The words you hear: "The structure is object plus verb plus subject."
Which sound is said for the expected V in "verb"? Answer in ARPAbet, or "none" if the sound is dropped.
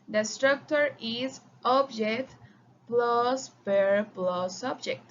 P